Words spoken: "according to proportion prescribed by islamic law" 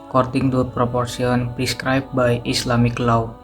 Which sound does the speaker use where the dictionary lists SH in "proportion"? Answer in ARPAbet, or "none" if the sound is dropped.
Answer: S